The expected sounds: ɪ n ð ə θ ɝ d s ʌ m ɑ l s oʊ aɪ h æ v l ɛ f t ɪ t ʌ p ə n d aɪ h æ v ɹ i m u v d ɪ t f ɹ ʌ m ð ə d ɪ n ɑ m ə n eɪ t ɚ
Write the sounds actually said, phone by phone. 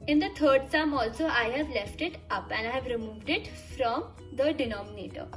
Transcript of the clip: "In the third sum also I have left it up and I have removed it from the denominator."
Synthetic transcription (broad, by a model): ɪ n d ə t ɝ d s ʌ m ɑ l s oʊ aɪ h æ v l ɛ f t ɪ t ʌ p ə n d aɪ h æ v ɹ i m u v d ɪ t f ɹ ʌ m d ə d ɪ n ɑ m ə n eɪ t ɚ